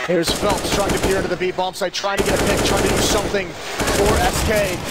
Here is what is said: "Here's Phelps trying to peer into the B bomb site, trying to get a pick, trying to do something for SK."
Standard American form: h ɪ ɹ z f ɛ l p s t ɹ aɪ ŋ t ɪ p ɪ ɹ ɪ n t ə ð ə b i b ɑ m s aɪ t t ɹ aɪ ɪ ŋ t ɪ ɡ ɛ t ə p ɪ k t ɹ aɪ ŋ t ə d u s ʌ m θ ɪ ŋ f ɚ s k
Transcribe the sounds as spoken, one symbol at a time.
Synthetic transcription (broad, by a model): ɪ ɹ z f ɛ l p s t ɹ aɪ ŋ t ɪ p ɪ ɹ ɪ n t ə ð ə b i b ɑ m s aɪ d t ɹ aɪ ɪ ŋ t ɪ ɡ ɛ t ə p ɪ k t ɹ aɪ ŋ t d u s ʌ m θ ɪ ŋ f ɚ s k